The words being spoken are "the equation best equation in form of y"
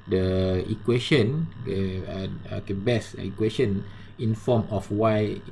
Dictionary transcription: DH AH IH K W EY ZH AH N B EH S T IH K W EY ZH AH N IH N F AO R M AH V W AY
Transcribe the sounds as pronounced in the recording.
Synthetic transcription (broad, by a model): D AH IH K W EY SH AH N B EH S IH K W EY SH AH N IH N F AO M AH F W AY